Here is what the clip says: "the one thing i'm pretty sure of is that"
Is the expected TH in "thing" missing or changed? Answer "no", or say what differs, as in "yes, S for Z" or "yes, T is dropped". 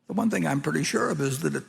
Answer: no